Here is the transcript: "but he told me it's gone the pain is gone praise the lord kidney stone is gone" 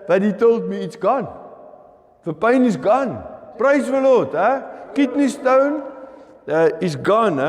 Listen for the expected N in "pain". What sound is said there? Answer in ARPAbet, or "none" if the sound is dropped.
N